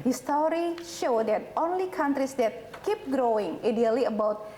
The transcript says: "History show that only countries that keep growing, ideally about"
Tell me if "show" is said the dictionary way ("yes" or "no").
yes